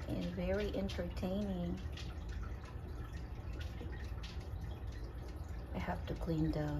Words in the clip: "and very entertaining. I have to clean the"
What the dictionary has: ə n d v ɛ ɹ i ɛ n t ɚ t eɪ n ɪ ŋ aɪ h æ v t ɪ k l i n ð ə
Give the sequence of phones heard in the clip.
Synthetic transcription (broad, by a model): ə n v ɛ ɹ i ɛ n t ɚ t eɪ n ɪ ŋ aɪ h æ f t ɪ k l i n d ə